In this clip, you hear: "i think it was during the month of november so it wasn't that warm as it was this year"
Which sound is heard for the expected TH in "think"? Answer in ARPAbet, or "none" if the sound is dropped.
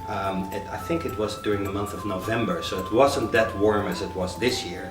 TH